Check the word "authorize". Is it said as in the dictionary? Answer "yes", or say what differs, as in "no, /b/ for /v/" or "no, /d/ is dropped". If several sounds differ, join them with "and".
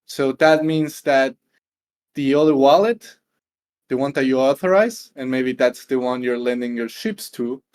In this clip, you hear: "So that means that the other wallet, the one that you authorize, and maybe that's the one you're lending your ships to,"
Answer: yes